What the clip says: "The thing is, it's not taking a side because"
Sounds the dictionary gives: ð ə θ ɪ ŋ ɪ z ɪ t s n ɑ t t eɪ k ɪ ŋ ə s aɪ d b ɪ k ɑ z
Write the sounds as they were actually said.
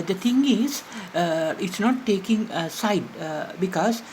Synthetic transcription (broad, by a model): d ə t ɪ ŋ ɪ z ɪ t s n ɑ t t eɪ k ɪ ŋ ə s aɪ d b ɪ k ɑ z